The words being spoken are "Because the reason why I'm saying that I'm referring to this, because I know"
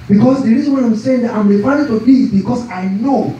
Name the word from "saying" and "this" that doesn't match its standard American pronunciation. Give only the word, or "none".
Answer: this